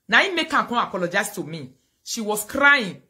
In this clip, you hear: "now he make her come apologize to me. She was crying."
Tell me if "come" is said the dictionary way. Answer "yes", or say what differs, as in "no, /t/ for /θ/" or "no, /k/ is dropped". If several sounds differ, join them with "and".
no, /m/ is dropped